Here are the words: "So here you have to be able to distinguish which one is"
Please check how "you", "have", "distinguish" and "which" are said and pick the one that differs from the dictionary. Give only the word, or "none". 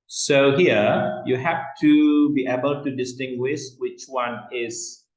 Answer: have